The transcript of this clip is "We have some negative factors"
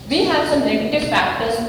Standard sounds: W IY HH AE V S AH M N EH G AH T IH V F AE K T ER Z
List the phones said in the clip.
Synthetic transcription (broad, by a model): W IY HH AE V S AH M L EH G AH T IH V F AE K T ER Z